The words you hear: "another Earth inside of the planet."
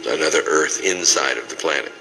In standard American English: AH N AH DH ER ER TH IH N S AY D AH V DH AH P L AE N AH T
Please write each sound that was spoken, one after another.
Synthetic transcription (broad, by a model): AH N AH DH ER ER TH IH N S AY D AH V DH AH P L AE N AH T